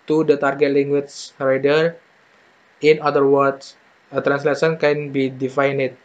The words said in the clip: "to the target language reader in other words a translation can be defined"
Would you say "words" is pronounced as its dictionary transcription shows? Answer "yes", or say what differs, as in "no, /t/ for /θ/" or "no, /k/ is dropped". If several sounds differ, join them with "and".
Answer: no, /s/ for /z/